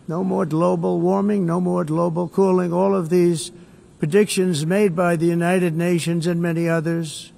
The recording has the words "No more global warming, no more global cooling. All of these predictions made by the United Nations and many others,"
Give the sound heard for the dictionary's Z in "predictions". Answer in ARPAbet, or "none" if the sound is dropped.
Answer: Z